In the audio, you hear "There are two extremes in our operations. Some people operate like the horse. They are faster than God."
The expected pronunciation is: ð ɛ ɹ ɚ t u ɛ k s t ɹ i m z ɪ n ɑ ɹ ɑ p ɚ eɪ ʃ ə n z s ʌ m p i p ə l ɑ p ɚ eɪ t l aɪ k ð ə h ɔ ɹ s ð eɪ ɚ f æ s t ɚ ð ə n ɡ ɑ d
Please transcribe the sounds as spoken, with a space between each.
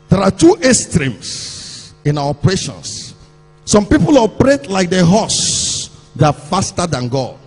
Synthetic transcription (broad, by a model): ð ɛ ɹ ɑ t u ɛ s t ɹ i m s ɪ n ɑ w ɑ p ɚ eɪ ʃ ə n s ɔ m p i p ə l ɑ p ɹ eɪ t l aɪ k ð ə h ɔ s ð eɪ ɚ f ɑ s t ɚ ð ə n ɡ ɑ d